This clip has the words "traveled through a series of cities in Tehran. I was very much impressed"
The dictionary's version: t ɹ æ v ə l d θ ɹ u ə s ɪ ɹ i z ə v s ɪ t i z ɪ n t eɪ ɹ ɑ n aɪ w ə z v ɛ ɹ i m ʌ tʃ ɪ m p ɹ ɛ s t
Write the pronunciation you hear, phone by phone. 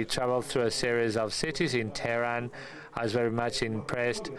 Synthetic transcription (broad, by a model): t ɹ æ v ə l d θ ɹ u ə s ɪ ɹ i z ə v s ɪ t i z ɪ n t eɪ ɹ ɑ n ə z v ɛ ɹ i m ʌ tʃ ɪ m p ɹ ɛ s t